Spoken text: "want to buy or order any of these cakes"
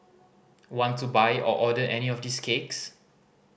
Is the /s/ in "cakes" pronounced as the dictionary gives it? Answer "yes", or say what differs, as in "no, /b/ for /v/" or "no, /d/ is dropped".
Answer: yes